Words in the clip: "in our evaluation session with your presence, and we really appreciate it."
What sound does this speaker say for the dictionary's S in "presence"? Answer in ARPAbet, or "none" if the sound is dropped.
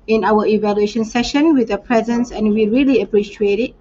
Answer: S